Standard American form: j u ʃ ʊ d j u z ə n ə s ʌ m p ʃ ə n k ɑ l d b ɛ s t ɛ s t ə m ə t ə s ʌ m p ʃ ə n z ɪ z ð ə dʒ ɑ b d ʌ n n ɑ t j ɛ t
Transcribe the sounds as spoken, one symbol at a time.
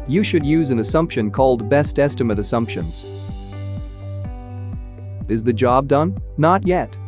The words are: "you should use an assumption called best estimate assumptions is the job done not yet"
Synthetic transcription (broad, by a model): j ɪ ʃ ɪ d j u z ə n ə s ʌ m p ʃ ə n k ɑ l d b ɛ s t ɛ s t ə m ə t ə s ʌ m p ʃ ə n z ɪ z ð ə dʒ ɑ b d ʌ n n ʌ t j ɛ t